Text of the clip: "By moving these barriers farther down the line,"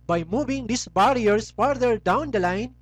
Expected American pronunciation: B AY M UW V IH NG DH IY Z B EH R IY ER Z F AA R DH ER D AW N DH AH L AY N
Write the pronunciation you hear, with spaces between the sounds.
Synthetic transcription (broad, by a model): B AY M UW V IH NG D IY S B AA R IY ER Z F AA R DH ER D AW N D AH L AY N